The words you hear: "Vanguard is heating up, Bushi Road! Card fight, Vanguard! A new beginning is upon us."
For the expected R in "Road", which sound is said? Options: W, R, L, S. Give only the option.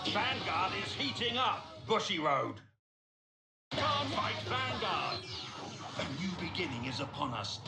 R